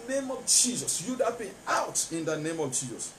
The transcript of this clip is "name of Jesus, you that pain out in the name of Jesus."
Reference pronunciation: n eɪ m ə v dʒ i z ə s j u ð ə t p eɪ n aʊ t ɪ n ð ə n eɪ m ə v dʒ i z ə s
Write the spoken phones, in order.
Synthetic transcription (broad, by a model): n eɪ m ə v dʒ i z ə s j u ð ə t b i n aʊ t ɪ n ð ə n eɪ m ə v dʒ i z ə s